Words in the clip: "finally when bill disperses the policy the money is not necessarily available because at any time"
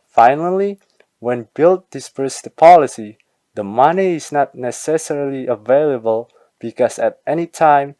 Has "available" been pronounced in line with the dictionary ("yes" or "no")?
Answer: yes